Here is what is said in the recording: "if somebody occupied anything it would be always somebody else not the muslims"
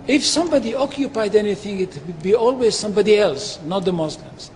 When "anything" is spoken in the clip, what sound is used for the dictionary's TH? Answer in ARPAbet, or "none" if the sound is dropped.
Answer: TH